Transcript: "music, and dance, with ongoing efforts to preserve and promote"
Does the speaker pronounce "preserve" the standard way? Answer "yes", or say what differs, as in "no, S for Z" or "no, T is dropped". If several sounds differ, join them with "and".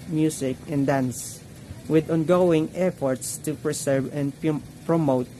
no, S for Z